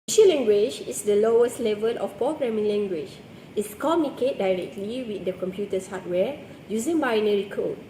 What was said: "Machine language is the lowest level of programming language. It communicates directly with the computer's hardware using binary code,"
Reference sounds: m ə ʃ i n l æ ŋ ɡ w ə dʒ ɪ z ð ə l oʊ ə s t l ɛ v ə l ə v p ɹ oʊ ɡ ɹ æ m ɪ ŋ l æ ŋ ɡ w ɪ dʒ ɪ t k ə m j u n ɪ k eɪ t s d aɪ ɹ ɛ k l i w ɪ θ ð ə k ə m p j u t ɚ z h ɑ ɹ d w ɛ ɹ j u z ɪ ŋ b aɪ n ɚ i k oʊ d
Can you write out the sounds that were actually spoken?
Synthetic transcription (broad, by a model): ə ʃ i l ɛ ŋ ɡ w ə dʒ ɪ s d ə l oʊ ə s t l ɛ v ə l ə f p oʊ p ɹ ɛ m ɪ l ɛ ŋ ɡ w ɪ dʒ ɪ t k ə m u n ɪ k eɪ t d aɪ ɹ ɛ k l i w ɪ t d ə k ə m p j u t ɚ s h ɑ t w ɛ j u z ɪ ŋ b aɪ n ɚ i k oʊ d